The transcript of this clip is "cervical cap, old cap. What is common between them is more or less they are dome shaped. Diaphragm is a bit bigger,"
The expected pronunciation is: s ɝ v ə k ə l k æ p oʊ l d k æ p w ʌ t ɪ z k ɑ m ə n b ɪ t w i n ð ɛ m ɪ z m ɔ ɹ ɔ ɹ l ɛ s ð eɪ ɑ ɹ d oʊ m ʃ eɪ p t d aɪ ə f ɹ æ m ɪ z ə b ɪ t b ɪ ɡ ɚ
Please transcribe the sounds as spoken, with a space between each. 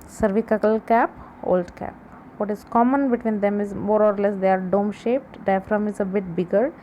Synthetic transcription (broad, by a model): s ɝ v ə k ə l k æ p oʊ l d k æ p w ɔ t ɪ z k ɑ m ə n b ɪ t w i n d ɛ m ɪ z m ɔ ɹ ɔ ɹ l ɛ s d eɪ ɑ ɹ d oʊ m ʃ eɪ p t d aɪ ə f ɹ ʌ m ɪ z ə b ɪ t b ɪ ɡ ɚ